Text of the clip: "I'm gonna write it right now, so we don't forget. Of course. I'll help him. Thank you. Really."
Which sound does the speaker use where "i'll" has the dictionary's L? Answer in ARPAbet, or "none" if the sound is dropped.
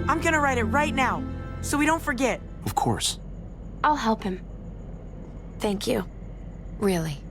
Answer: L